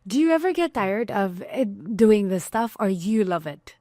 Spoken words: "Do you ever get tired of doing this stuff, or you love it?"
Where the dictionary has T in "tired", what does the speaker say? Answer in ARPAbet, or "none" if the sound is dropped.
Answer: T